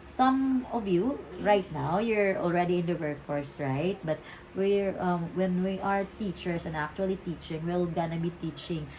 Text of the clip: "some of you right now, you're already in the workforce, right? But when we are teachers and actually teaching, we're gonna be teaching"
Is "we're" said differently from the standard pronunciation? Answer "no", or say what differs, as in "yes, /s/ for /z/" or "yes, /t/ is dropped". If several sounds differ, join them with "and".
yes, /l/ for /ɹ/